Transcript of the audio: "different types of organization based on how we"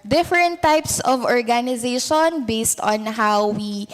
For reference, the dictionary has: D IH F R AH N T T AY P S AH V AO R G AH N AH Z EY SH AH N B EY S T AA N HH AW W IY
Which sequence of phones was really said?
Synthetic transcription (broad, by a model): D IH F R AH N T T AY P S AH V AO R G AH N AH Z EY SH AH N B EY S T AA N HH AW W IY